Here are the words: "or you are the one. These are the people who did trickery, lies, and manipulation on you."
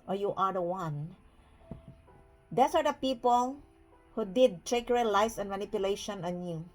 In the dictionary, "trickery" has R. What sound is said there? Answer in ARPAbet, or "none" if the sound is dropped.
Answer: none